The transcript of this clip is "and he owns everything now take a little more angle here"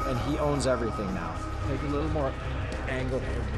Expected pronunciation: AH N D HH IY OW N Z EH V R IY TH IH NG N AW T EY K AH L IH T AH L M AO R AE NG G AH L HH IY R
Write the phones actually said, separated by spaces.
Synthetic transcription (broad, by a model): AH N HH IY OW N Z EH V R IY TH IH NG N AW T EY K AH L IH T L M AO R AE NG G L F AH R